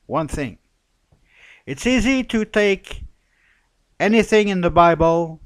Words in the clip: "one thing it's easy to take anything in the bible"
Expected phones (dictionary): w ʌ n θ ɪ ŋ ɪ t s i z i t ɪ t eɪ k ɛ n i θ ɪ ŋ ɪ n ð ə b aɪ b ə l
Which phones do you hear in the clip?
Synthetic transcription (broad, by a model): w ʌ n θ ɪ ŋ ɪ t s i z i t ɪ t eɪ k ɛ n i θ ɪ ŋ ɪ n ð ə b aɪ b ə l